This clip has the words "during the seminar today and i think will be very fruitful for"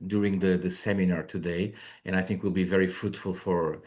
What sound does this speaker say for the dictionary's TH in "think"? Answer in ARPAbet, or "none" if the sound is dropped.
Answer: TH